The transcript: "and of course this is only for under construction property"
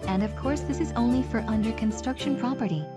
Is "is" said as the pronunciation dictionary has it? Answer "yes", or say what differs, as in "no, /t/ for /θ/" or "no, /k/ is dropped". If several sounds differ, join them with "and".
yes